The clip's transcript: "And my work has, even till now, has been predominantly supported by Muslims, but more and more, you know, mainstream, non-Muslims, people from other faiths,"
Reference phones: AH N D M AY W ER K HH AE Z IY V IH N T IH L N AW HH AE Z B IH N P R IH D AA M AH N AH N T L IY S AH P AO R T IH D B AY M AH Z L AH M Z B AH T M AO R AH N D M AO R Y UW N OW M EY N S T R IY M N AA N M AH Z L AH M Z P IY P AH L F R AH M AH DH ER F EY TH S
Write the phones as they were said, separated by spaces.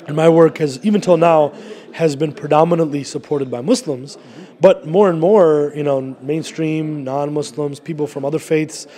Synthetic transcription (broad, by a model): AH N M AY W ER K HH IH Z IY V IH N T IH L N AW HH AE Z B IH N P R IH D AA M AH N AH N T L IY S AH P AO R T IH D B AY M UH S L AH M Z B AH T M AO R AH N M AO R Y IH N OW M EY N S T R IY M N AA N M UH S L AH M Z P IY P L F R AH M AH DH ER F EY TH S